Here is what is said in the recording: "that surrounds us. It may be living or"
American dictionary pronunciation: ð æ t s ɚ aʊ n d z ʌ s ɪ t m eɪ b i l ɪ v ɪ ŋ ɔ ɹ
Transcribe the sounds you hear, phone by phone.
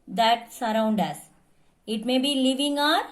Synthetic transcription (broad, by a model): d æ t s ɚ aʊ n d ʌ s ɪ t m eɪ b i l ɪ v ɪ ŋ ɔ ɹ